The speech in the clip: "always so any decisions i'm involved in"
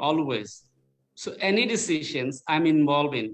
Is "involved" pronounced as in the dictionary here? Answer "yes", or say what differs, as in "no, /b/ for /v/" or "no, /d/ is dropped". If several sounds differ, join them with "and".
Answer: no, /d/ is dropped